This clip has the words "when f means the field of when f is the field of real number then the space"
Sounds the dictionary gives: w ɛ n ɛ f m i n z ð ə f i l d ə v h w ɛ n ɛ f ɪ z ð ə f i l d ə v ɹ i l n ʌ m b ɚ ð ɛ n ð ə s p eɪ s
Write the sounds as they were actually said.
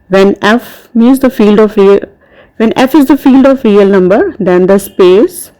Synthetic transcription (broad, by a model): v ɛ n ɛ f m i z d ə f i l d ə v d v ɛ n ɛ f ɪ z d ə f i l d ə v ɹ i l n ʌ m b ɚ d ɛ n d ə s p eɪ s